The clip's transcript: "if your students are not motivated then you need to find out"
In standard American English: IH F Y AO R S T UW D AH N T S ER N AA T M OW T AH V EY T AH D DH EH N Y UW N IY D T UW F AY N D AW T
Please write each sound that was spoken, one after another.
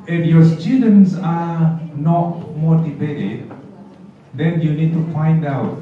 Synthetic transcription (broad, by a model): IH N Y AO S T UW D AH N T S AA N AA T M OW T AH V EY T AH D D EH N Y UW N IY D T UW F AY N D AW T